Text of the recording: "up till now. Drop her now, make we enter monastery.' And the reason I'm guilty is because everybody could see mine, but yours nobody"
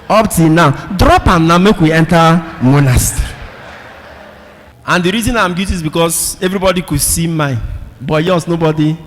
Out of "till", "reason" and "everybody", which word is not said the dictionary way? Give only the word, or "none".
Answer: till